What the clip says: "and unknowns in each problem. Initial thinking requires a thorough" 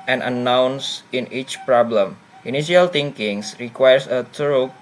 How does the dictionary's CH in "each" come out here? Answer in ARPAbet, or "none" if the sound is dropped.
CH